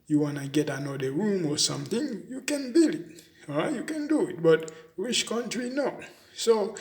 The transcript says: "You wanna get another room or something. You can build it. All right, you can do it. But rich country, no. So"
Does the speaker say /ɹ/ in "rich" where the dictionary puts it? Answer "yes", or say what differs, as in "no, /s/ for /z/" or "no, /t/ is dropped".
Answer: no, /w/ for /ɹ/